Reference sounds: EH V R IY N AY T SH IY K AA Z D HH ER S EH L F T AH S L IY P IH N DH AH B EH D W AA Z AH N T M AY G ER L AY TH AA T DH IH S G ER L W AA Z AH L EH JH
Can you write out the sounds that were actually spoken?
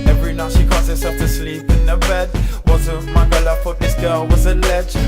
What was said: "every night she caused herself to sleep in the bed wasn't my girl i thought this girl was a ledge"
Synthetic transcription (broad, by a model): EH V R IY N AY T SH IY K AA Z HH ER S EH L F T AH S L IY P IH N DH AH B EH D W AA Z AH M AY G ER L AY F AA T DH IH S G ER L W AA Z AH L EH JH